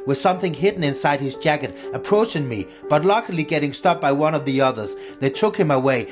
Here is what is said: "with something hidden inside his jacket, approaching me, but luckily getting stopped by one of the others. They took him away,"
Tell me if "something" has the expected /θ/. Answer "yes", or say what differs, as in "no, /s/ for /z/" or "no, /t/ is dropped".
yes